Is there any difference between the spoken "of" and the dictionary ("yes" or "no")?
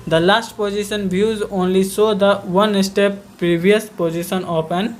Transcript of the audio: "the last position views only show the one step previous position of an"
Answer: yes